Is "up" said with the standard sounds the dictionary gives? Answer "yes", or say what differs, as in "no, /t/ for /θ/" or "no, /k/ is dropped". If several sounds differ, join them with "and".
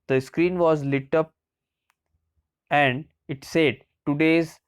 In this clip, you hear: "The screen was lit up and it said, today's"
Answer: yes